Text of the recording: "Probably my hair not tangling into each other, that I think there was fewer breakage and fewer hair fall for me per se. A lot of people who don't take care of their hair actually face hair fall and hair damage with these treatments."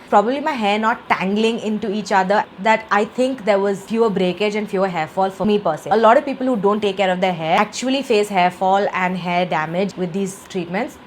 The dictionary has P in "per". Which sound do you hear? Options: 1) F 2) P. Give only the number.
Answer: 2